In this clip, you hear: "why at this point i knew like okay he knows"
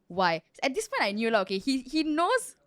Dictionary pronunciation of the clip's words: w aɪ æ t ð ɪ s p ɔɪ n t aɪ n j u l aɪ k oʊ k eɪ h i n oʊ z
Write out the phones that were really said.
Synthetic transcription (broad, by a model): w aɪ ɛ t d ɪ s p ɔɪ n t aɪ n j u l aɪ oʊ k eɪ h i n oʊ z